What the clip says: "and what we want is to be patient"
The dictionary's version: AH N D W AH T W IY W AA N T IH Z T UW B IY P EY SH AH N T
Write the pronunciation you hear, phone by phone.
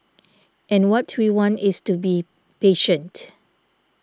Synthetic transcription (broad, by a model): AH N W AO T W IY W AA N T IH S T UW B IY P EY SH AH N T